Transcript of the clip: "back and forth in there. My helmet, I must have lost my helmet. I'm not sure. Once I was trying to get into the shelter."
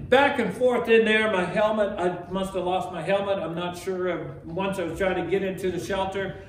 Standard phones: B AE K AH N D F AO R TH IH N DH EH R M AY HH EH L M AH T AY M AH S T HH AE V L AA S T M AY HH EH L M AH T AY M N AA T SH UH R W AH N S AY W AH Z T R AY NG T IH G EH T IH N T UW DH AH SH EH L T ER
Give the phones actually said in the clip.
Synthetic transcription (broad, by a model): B AE K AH N F AO R TH IH N DH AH R M AY HH EH L M AH T AY M AH S T HH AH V L AA S T M AY HH EH L M AH T AY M N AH T SH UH R W AH N S AY W AH Z T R AY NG T IH G EH T IH N T UW DH AH SH EH L T ER